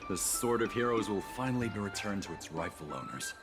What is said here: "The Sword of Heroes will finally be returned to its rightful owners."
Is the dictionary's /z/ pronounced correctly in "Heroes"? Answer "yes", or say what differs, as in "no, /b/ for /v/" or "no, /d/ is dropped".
yes